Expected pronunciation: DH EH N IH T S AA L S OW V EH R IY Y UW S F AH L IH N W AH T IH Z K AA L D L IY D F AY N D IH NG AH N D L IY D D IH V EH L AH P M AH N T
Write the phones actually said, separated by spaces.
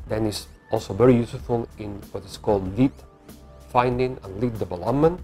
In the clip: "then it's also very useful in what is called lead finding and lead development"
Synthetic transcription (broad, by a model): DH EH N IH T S AA L S OW V EH R IY Y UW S F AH L IH N W AH T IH S K AA L D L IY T F AY N D IH NG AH N L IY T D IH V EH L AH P M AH N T